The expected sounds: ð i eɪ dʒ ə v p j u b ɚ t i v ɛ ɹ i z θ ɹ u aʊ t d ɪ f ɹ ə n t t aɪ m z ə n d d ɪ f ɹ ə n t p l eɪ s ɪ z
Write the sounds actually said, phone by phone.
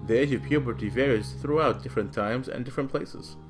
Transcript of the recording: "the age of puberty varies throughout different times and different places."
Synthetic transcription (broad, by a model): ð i eɪ dʒ ə v p j u b ɚ t i v ɛ ɹ i z θ ɹ u aʊ t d ɪ f ɹ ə n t t aɪ m z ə n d d ɪ f ɹ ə n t p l eɪ s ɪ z